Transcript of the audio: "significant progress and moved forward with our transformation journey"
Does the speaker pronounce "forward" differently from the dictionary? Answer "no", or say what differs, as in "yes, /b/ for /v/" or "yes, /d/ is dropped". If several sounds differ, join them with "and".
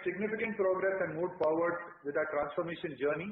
yes, /p/ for /f/